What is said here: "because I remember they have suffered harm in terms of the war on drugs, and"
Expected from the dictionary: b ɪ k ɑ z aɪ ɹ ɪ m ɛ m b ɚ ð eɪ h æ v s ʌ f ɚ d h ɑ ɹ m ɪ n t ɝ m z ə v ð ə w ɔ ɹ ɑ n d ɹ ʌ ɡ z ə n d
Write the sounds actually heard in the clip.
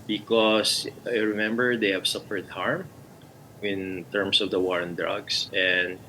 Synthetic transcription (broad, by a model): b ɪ k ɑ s aɪ ɹ ɪ m ɛ m b ɚ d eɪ h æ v s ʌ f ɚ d h ɑ ɹ m ɪ n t ɝ m s ə v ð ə w ɔ ɹ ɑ n d ɹ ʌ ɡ s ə n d